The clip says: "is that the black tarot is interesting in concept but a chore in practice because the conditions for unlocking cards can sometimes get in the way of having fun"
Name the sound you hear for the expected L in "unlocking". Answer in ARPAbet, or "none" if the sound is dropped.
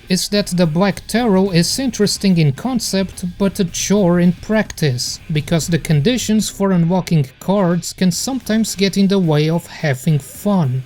W